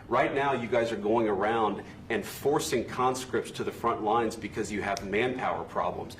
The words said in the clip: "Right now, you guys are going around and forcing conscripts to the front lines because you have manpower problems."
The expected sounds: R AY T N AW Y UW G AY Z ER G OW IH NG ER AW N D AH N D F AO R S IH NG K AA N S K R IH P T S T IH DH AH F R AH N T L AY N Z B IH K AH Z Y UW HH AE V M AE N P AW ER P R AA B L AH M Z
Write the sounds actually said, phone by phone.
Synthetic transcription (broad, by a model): R AY T N AW Y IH G AY Z ER G OW IH NG ER AW N D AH N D F AO R S IH NG K AA N S K R IH P T S T IH DH AH F R AH N T L AY N Z B IH K AH Z Y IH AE V M AE N P AW ER P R AA B L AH M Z